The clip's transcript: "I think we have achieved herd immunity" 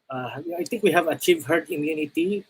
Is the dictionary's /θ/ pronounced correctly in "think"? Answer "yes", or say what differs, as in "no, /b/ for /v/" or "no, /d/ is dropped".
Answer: no, /t/ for /θ/